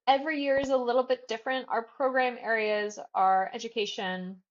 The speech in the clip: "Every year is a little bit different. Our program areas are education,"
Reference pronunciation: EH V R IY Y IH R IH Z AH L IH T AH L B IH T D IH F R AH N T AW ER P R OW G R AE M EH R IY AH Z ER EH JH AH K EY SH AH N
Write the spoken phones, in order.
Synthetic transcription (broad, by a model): EH V R IY Y IH R IH Z AH L IH T L B IH T D IH F R AH N T AW ER P R OW G R AE M EH R IY AH Z ER EH JH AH K EY SH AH N